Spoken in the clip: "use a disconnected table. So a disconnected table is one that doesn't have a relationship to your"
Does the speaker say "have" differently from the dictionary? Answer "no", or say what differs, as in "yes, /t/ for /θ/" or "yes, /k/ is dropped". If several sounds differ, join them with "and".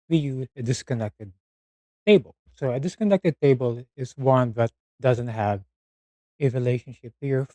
no